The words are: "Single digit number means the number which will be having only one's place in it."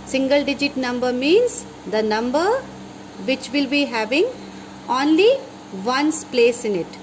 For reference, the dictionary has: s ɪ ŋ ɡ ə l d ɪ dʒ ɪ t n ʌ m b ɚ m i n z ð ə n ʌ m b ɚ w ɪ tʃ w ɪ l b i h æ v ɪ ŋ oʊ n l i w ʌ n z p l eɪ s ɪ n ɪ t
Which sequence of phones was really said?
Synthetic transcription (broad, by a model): s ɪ ŋ ɡ ə l d ɪ dʒ ɪ t n ʌ m b ɚ m i n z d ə n ʌ m b ɚ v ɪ tʃ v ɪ l b i h æ v ɪ ŋ oʊ n l i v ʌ n s p l eɪ s ɪ n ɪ t